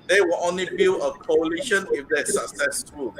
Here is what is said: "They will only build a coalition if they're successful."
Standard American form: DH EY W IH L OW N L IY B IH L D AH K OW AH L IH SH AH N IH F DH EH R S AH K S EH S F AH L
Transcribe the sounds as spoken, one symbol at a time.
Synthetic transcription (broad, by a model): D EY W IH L OW N L IY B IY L AH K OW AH L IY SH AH N IH F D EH S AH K S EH S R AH